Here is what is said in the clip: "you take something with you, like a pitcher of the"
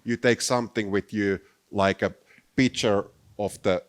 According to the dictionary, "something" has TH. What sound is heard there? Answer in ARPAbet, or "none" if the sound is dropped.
TH